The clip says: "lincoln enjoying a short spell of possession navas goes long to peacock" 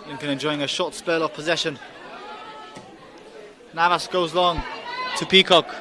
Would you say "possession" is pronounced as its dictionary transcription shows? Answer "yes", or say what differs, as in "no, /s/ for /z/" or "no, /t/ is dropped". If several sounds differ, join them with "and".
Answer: yes